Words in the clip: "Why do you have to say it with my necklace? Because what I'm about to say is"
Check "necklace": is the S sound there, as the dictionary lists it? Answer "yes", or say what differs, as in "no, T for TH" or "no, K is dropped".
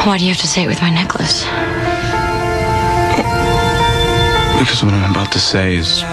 yes